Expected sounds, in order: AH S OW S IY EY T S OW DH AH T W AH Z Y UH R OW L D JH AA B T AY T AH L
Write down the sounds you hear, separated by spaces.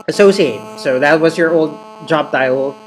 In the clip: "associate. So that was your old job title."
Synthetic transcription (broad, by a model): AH S OW S IY EY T S OW DH AH T W AH Z Y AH R OW L D JH AA B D AY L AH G